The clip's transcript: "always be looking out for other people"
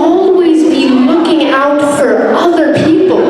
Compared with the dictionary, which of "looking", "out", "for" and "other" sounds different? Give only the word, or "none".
none